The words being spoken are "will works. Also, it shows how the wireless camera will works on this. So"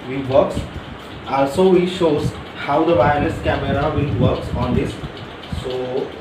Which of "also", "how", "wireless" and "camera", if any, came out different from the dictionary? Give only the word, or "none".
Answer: wireless